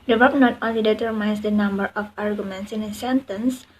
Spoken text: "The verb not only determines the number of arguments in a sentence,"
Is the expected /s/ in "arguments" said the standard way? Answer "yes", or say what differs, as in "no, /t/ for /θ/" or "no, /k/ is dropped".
yes